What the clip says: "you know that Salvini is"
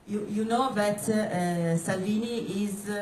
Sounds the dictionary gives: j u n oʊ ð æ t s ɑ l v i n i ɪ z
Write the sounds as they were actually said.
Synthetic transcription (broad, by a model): j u n oʊ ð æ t s ɑ l v i n i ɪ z